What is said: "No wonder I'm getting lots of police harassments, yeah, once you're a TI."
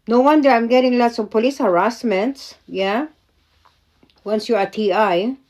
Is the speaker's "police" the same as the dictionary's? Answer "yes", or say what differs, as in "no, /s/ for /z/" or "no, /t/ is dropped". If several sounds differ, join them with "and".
yes